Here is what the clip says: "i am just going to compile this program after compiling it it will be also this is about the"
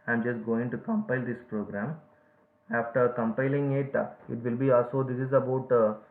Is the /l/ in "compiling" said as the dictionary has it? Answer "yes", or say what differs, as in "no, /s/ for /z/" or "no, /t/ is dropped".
yes